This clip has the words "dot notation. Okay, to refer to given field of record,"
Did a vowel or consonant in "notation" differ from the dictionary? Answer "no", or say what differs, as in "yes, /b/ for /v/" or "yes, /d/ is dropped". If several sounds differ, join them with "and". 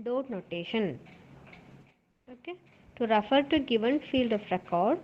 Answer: no